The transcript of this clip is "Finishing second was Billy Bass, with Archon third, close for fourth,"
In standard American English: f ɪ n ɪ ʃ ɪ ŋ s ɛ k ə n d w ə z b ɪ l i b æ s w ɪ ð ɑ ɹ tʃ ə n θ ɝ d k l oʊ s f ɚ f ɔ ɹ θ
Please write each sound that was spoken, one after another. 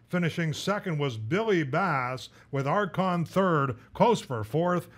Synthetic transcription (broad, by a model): f ɪ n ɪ ʃ ɪ ŋ s ɛ k ə n d w ə z b ɪ l i b æ s w ɪ ð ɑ ɹ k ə n θ ɝ d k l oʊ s f ɚ f ɔ ɹ θ